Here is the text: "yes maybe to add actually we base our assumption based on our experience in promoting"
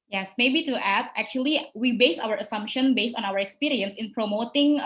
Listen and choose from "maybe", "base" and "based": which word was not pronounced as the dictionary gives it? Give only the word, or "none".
none